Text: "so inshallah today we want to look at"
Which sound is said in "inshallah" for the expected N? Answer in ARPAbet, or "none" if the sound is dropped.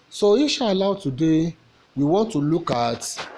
none